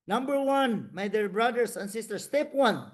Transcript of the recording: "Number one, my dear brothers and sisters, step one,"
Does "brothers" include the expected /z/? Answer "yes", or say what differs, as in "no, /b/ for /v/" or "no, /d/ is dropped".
no, /s/ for /z/